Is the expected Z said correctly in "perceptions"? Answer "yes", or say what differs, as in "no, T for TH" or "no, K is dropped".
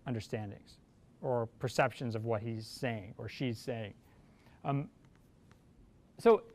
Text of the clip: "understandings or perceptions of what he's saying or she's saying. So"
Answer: yes